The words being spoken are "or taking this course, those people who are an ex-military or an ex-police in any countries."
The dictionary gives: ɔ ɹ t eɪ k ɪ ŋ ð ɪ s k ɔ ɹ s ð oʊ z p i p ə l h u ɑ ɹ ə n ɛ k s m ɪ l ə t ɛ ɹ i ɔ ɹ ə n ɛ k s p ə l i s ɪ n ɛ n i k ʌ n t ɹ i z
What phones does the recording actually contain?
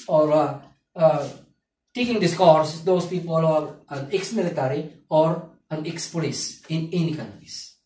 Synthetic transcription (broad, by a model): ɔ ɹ t eɪ k ɪ ŋ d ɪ s k ɔ ɹ s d oʊ s p i p ə l ɑ ɹ ə n ɛ k s m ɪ l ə t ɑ ɹ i ɔ ɹ ə n ɛ k s p ə l i s ɪ n ɛ n i k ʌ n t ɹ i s